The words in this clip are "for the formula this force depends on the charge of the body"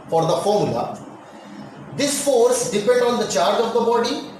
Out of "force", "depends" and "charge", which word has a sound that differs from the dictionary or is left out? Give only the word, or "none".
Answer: depends